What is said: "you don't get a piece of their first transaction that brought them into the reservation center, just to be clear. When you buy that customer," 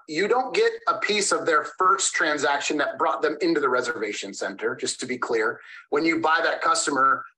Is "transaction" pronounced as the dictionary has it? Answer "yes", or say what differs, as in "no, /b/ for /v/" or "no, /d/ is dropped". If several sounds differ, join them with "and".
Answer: yes